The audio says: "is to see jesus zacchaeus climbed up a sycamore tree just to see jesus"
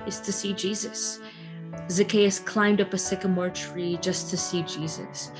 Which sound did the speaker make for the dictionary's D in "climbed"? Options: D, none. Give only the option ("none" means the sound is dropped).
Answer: D